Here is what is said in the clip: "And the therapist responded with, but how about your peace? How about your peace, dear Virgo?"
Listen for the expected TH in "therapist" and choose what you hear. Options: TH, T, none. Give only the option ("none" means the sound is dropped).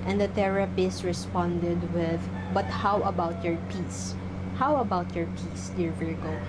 T